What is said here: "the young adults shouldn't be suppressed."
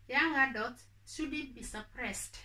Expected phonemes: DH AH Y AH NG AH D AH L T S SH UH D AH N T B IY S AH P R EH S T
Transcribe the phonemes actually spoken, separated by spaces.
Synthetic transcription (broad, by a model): Y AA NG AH D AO T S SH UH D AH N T B IY S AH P R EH S T